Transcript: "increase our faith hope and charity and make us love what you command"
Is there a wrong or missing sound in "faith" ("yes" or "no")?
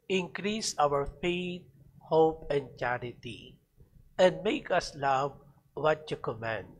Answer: yes